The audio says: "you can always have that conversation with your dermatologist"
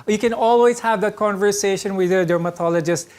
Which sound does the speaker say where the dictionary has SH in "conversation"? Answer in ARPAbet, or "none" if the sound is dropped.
SH